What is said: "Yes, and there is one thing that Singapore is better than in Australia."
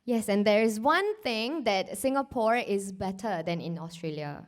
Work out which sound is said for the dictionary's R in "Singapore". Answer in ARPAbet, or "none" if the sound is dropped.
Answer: R